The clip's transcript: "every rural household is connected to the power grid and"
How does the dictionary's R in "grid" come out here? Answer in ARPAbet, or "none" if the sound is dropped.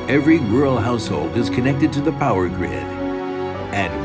R